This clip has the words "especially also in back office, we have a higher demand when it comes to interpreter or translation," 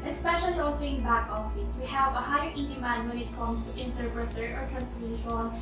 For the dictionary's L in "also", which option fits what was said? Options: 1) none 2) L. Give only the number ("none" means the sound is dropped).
1